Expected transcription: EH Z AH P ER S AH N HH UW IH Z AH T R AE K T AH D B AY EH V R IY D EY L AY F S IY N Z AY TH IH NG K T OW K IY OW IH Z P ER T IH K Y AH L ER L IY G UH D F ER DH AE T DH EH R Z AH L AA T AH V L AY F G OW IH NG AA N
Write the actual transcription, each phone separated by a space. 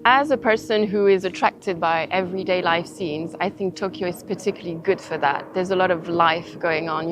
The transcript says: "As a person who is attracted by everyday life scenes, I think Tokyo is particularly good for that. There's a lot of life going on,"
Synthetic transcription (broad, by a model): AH Z AH P ER S AH N HH UW IH Z AH T R AE K T AH D B AY EH V R IY D EY L AY F S IY N Z AY TH IH NG K T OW K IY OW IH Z P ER T IH K Y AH L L IY G UH D F ER DH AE T DH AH R Z AH L AA T AH V L AY F G OW IH NG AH N